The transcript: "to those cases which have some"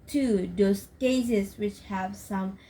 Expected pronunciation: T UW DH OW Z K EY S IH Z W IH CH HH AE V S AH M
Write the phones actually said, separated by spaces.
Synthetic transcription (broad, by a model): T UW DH OW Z K EY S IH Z W IH CH HH AE V S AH M